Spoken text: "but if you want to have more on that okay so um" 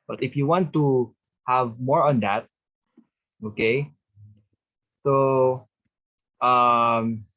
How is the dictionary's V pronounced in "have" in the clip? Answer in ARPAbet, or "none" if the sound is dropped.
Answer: V